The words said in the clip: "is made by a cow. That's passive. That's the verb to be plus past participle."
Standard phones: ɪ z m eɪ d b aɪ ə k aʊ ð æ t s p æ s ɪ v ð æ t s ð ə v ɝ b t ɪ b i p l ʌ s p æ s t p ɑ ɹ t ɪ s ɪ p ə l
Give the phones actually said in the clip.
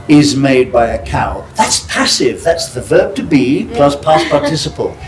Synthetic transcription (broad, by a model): ɪ z m eɪ d b aɪ ə k aʊ ð æ t s p æ s ɪ v ð æ t s ð ə v ɝ b t ɪ b i p l ʌ s p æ s p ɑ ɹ t ɪ s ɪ p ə l